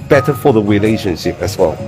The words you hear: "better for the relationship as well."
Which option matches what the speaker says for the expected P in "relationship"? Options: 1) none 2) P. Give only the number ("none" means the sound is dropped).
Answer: 1